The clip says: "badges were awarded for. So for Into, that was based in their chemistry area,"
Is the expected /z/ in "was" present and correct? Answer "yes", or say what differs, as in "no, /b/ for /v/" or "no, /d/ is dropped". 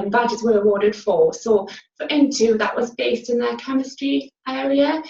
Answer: yes